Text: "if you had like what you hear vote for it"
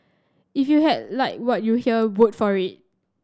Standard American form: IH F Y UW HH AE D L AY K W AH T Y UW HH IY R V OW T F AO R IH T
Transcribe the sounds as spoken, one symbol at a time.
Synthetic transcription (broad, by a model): IH F Y UW HH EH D L AY K W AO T Y UW HH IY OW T F AO R IH T